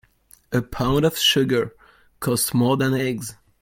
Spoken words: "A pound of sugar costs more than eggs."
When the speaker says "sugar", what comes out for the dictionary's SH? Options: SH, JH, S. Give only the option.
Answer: SH